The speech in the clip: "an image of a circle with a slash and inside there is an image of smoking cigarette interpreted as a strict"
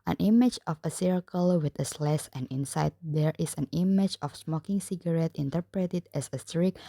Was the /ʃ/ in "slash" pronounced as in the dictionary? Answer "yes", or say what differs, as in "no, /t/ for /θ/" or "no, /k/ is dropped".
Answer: no, /s/ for /ʃ/